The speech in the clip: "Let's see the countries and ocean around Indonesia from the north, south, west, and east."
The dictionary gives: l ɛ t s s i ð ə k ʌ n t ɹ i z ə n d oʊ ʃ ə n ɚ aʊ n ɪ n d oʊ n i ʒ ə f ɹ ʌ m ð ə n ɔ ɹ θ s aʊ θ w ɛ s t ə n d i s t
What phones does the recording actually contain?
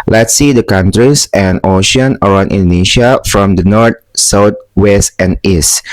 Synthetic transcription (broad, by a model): l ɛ t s s i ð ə k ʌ n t ɹ i s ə n oʊ ʃ ə n ɚ aʊ n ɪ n d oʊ n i ʃ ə f ɹ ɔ m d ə n ɔ ɹ t s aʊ t w ɛ s t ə n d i s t